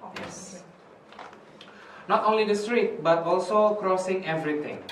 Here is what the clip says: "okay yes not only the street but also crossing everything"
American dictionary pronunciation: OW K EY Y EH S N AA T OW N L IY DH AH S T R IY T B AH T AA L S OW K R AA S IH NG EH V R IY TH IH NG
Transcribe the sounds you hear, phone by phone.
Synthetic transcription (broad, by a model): Y EH S N AA T OW N L IY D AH S T R IY T B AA T AA L S OW K R AA S IH NG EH V R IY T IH NG